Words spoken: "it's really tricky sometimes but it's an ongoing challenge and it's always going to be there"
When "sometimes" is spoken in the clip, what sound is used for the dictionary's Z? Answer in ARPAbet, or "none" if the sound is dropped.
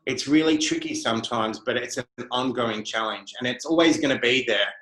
Z